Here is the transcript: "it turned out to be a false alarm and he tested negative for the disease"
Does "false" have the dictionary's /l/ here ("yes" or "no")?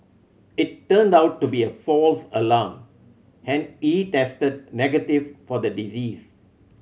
yes